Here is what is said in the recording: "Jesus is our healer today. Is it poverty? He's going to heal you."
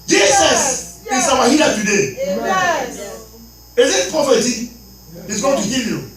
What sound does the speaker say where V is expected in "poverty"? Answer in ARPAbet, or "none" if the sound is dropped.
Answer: F